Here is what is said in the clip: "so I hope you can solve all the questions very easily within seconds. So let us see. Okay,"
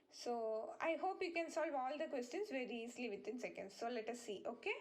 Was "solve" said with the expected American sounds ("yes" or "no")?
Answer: yes